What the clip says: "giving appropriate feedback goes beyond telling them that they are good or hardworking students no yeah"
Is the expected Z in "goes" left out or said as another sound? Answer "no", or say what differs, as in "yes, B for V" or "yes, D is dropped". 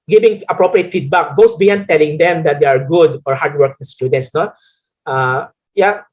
yes, S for Z